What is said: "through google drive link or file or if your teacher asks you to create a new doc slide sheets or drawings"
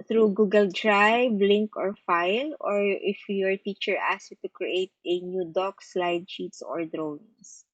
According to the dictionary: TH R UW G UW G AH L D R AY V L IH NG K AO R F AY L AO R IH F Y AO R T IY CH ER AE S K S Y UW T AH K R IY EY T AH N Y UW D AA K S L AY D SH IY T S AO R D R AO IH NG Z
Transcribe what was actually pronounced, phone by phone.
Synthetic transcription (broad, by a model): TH R UW G UW G AH L D R AY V L IH NG K AO R F AY L AO R IH F Y AO R T IY CH ER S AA S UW T AH K R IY EY T AH N Y UW D AA K S L AY D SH IY T S AO R D R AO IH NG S